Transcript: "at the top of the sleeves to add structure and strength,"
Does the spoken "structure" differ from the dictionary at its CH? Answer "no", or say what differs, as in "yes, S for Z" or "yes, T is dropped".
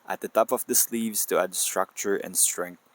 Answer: no